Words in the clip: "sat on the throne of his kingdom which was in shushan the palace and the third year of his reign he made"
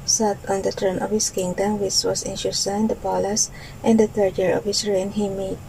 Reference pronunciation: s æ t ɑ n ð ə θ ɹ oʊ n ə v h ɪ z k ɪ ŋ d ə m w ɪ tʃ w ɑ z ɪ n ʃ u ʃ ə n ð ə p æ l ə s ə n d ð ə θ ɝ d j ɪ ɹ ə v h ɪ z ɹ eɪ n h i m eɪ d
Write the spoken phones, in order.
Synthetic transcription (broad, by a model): s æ t ɑ n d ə t ɹ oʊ n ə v h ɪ s k ɪ ŋ d ə m w ɪ tʃ w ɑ s ɪ n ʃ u s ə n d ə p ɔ l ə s ə n d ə t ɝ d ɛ ɹ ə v h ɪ s ɹ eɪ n h i m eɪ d